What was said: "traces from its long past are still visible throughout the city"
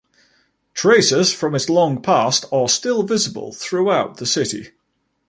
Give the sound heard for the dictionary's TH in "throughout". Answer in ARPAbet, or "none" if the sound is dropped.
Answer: TH